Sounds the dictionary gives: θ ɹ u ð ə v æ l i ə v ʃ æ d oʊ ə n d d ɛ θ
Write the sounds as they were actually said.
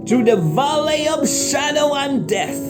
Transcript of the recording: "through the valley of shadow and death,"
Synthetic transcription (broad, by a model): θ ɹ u ð ə v æ l i ə v ʃ æ d oʊ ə n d d ɛ θ